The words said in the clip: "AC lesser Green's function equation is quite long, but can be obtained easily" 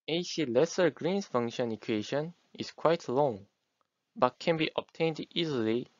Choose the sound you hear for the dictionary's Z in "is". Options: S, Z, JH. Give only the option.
S